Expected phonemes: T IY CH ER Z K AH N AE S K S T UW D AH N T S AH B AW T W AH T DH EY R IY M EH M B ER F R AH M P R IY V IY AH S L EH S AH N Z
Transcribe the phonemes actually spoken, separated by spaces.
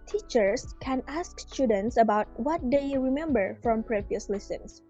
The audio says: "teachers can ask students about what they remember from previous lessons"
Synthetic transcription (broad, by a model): T IY CH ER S K AH N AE S K S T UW D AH N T S AH B AW T W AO T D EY R IY M EH M B ER F R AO M P R IY V IY AH S L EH S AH N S